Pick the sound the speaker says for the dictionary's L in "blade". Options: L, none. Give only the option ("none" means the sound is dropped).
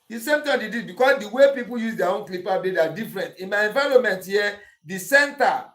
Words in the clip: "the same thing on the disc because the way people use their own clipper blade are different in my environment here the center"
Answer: none